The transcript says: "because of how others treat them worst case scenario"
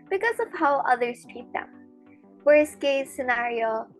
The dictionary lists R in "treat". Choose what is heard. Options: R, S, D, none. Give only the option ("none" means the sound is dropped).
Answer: none